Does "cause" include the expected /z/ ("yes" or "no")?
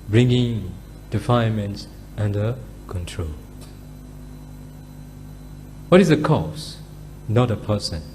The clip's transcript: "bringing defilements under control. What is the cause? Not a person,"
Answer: no